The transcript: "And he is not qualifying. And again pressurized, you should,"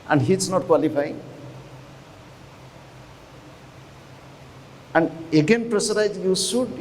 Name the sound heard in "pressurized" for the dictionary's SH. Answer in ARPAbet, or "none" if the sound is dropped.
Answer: S